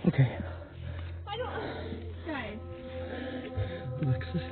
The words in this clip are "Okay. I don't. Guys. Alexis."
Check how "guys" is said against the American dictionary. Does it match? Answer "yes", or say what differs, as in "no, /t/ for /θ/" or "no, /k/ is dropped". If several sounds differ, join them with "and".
no, /z/ is dropped